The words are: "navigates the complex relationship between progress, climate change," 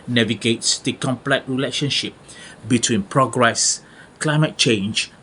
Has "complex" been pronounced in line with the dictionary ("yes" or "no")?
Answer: no